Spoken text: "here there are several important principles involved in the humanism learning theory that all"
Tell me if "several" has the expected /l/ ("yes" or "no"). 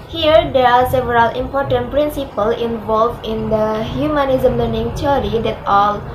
yes